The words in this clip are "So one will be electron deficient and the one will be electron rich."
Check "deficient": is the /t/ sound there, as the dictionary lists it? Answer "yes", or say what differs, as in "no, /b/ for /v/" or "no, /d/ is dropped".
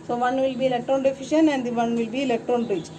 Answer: no, /t/ is dropped